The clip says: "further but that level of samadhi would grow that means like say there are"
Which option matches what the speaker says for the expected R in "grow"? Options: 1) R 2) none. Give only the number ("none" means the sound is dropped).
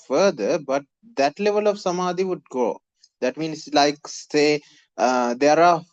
2